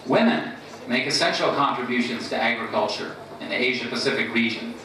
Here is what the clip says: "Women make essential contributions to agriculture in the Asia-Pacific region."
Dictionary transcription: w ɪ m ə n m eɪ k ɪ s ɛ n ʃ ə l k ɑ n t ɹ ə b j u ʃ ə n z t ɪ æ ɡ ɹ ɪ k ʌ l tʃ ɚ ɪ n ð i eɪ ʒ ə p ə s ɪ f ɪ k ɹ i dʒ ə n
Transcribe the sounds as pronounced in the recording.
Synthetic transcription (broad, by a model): w ɪ m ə n m eɪ k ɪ s ɛ n ʃ l k ɑ n t ɹ ə b j u ʃ ə n z t ɪ æ ɡ ɹ ɪ k ʌ l tʃ ɚ ɪ n ð i eɪ ʒ ə p ə s ɪ f ɪ k ɹ i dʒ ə n